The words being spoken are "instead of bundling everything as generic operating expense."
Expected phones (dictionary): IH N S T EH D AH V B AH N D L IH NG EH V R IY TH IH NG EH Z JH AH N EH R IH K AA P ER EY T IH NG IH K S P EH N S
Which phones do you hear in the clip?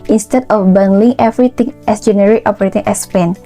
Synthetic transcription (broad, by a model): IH N S T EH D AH F B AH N L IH NG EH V R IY T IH NG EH S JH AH N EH R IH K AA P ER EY T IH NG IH S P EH N